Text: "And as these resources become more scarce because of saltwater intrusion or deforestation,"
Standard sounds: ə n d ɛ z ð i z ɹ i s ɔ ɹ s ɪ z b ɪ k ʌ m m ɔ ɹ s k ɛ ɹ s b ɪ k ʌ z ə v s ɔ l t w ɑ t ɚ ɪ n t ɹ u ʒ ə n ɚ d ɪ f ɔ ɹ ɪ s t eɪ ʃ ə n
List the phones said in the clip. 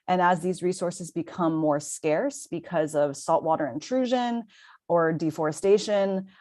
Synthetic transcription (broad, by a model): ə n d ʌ z ð i z ɹ i s ɔ ɹ s ɪ z b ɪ k ʌ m m ɔ ɹ s k ɛ ɹ s b ɪ k ʌ z ə v s ɔ l t w ɑ t ɚ ɪ n t ɹ u ʒ ə n ɚ d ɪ f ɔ ɹ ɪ s t eɪ ʃ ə n